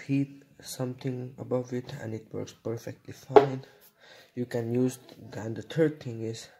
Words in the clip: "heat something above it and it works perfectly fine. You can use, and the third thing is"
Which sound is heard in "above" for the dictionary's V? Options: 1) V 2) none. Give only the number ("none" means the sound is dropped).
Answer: 1